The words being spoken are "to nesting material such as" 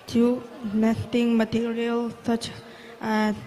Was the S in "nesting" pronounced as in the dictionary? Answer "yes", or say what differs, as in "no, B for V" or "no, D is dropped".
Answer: no, S is dropped